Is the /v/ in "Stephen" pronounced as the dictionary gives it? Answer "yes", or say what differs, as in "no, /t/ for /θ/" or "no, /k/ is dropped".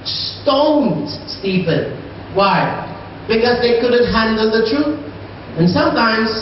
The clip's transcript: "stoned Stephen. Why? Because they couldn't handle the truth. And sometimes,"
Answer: no, /p/ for /v/